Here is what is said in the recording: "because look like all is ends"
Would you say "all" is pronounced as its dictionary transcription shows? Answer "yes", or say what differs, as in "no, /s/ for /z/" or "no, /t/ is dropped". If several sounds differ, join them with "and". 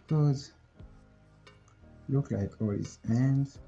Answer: yes